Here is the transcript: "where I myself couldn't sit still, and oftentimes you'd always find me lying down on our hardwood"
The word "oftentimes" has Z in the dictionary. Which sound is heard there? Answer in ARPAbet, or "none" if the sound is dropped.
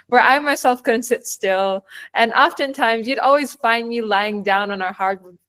Z